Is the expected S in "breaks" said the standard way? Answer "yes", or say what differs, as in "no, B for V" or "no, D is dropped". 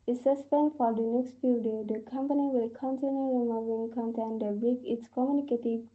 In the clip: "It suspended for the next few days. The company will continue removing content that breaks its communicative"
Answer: no, S is dropped